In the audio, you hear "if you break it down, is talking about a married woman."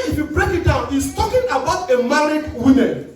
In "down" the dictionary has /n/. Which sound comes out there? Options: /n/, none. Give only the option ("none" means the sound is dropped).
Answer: /n/